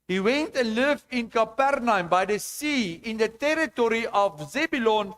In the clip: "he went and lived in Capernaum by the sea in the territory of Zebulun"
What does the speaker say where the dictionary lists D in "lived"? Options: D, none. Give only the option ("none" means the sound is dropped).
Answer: none